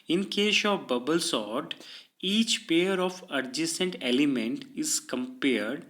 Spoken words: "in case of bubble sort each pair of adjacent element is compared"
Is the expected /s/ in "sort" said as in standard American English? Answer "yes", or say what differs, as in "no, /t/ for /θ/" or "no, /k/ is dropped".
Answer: yes